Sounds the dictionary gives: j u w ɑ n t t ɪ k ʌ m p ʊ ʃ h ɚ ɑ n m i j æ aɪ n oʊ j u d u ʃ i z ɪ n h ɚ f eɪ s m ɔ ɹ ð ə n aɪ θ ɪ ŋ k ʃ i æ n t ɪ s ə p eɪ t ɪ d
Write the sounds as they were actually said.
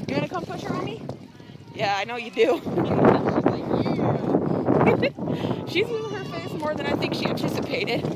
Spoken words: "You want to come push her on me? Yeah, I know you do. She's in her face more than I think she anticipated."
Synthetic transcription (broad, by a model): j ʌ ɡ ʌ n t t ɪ k ʌ m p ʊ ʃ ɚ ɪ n m i j æ aɪ n oʊ j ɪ d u ʃ i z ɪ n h ɚ f eɪ s m ɔ ɹ ð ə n aɪ θ ɪ ŋ k ʃ i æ n t ɪ s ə p eɪ t ɪ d